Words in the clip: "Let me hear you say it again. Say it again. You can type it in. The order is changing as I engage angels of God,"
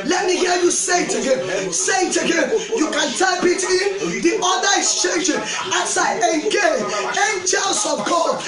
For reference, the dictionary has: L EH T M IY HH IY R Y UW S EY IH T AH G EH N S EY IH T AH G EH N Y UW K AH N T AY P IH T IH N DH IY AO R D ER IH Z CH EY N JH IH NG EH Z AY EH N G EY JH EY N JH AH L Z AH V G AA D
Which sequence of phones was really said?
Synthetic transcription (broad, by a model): L EH T M IY HH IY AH Y UW S EY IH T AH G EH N S EY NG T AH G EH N Y UW K AH N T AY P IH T IH N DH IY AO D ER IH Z CH EY N JH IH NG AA S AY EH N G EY EY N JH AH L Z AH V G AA